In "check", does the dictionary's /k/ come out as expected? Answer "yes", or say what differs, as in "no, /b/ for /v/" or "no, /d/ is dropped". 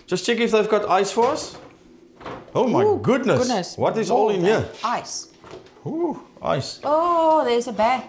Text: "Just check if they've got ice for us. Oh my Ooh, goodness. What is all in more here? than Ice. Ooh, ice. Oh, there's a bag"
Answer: yes